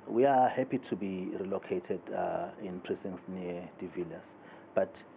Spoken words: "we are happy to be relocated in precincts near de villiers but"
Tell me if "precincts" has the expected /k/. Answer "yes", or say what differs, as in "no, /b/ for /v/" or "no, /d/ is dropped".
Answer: no, /k/ is dropped